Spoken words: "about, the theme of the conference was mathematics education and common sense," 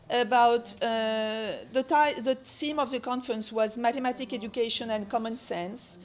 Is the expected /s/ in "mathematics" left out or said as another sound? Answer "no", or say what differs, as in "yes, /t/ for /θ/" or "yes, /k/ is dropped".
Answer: yes, /s/ is dropped